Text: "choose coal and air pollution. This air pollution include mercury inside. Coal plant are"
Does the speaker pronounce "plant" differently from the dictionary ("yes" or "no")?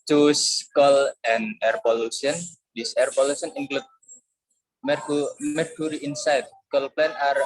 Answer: yes